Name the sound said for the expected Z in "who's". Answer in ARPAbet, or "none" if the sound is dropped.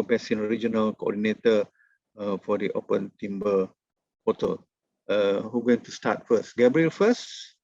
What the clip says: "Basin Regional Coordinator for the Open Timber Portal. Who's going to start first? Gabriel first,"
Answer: none